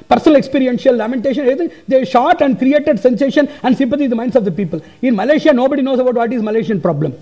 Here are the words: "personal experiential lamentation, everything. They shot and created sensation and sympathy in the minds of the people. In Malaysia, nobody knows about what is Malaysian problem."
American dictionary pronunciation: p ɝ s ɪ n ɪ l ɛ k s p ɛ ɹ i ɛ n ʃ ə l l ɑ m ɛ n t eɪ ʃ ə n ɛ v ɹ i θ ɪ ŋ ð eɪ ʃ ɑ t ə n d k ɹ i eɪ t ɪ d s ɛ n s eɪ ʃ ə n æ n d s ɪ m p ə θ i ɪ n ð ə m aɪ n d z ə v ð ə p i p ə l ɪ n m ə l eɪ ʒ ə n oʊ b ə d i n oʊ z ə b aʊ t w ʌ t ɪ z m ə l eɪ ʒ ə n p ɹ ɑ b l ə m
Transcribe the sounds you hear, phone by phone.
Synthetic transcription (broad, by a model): p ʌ s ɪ n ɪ l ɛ k s p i ɹ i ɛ n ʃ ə l l ɑ m ɛ n t eɪ ʃ ə n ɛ ɹ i t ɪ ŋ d eɪ ʃ ɑ t ə n d k ɹ i eɪ t ɪ d s ɛ n s eɪ ʃ ə n æ n d s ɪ m p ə t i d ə m aɪ n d s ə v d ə p i p ə l ɪ n m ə l eɪ ʃ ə n oʊ b ə d i n oʊ s ə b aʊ t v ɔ t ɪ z m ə l eɪ ʃ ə n p ɹ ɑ b l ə m